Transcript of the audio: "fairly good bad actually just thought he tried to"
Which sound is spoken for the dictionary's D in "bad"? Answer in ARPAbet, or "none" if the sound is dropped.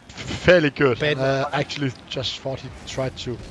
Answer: none